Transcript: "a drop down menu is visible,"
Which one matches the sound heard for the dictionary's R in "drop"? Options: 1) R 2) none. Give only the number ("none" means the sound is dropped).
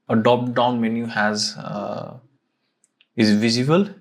2